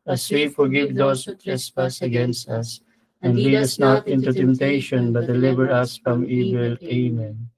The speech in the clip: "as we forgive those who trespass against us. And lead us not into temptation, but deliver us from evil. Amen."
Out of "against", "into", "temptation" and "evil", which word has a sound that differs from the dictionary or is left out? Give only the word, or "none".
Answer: none